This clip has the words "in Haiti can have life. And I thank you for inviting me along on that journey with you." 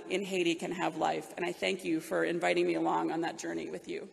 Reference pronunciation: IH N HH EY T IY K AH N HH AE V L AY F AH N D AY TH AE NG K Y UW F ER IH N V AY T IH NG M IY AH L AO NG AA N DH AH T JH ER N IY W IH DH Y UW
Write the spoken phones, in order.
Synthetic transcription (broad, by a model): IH N HH EY T IY K AH N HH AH V L AY F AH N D AY TH AE NG K Y UW F ER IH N V AY T IH NG M IY AH L AO NG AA N DH AH T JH ER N IY W IH DH Y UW